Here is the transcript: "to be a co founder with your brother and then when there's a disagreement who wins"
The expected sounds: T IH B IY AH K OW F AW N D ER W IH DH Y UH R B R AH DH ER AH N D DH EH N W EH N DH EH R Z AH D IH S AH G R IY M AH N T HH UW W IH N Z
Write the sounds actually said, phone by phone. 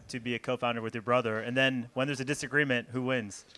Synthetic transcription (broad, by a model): T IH B IY AH K OW F AW N D ER W IH DH Y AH R B R AH DH ER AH N DH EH N W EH N DH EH R Z AH D IH S AH G R IY M AH N T HH UW W IH N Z